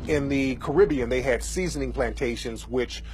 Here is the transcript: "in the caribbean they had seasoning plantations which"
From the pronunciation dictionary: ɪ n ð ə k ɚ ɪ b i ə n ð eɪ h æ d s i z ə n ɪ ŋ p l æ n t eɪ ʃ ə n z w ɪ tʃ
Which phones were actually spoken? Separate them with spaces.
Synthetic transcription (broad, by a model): ɪ n ð ə k ɚ ɪ b i ə n ð eɪ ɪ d s i z ə n ɪ ŋ p l æ n t eɪ ʃ ə n z w ɪ tʃ